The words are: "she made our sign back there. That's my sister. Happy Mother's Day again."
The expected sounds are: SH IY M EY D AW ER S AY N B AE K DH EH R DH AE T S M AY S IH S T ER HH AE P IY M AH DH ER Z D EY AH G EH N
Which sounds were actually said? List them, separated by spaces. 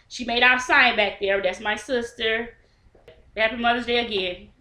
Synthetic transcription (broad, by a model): SH IY M EY D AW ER S AY N B AE K DH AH R DH AE T S M AY S IH S T ER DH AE IY M AH DH ER Z D EY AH G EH N